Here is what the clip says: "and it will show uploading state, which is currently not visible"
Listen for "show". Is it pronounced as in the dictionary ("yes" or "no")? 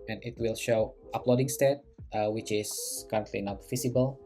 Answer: yes